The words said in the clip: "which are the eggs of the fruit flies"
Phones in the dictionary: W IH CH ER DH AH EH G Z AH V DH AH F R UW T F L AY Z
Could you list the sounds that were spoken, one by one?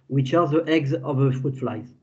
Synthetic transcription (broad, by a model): W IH CH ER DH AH EH G Z AH V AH F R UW T F L AY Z